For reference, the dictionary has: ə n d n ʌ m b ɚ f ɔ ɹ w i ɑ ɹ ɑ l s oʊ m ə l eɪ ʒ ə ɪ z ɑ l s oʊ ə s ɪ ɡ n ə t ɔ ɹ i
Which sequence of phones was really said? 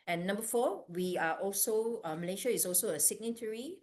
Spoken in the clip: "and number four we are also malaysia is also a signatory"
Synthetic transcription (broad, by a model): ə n n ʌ m b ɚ f ɔ w i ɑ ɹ ɑ l s oʊ m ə l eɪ ʃ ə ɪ s ɑ l s oʊ ə s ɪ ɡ n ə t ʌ ɹ i